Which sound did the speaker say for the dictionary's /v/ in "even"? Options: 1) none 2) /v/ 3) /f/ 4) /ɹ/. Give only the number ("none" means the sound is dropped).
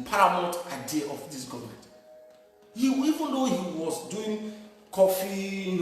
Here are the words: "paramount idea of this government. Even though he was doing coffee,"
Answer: 2